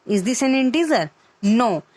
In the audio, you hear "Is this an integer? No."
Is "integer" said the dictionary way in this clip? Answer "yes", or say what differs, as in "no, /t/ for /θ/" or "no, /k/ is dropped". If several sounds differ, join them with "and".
no, /z/ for /dʒ/